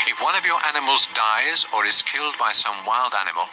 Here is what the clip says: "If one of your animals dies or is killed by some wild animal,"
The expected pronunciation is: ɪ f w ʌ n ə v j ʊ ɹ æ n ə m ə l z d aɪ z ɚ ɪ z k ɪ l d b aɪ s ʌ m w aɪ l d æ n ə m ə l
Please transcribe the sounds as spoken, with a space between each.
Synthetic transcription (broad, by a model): ɪ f w ʌ n ə v j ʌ ɹ æ n ə m ə l z d aɪ z ɚ ɪ z k ɪ l d b aɪ s ʌ m w aɪ l d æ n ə m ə l